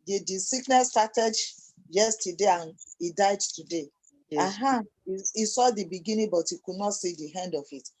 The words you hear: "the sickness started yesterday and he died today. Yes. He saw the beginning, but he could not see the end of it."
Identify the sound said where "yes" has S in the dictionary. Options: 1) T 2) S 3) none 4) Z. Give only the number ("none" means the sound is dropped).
3